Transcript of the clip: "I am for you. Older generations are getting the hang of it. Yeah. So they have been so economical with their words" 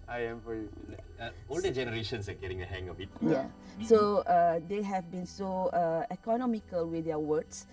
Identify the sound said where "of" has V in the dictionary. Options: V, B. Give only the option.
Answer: B